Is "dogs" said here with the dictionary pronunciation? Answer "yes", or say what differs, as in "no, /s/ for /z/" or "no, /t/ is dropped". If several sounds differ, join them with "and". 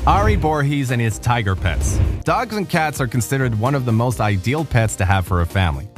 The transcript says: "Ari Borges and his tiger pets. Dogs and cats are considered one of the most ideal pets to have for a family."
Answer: yes